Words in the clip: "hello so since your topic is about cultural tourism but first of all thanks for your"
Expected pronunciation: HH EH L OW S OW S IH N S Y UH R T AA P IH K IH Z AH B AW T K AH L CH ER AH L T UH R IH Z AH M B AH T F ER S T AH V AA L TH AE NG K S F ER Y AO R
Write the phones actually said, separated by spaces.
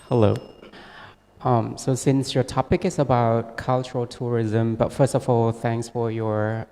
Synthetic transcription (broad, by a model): HH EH L OW S OW S IH N S Y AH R T AA P IH K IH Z AH B AW T K AH L CH ER AH L T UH R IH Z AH M B AH T F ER S T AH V AA L TH AE NG K S F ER Y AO R